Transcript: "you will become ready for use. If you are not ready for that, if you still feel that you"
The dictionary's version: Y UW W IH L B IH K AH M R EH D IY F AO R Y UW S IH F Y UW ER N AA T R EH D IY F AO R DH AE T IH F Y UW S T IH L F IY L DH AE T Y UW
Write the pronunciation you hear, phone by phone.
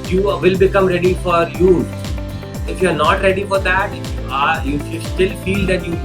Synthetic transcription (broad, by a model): Y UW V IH L B IH K AH M R EH D IY F AO R Y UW IH F Y UW ER N AA T R EH D IY F AO R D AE T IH Y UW S T IH L F IY L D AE T Y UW